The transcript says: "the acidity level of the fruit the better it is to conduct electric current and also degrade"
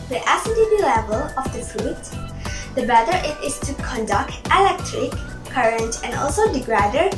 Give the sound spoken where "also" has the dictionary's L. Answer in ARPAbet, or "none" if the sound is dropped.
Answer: L